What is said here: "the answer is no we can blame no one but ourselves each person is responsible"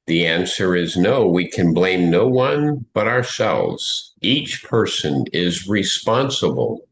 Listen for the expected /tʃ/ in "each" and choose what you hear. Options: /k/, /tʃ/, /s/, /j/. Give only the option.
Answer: /tʃ/